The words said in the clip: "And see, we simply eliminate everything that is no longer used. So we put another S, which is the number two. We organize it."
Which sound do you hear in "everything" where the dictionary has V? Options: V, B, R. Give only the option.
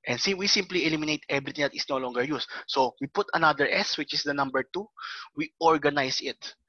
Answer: B